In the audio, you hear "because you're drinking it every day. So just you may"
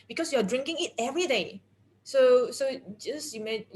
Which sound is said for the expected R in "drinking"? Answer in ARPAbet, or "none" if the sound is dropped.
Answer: R